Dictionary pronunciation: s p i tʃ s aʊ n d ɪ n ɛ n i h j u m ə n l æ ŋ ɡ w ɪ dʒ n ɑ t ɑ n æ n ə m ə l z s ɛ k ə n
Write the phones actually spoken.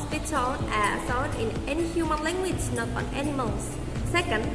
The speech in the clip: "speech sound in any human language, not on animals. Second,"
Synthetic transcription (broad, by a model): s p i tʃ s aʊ d ɪ n ɛ n i h j u m ə n l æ ŋ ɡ w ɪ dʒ n ɑ t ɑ n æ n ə m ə l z s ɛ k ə n